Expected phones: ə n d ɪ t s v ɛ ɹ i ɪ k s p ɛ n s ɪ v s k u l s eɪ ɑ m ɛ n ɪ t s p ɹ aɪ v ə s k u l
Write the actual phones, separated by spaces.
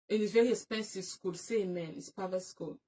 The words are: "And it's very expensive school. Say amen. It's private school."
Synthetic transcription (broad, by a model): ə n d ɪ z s v ɛ ɹ i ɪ s p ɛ n s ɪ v s k u l s eɪ m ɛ n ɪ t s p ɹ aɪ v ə s k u l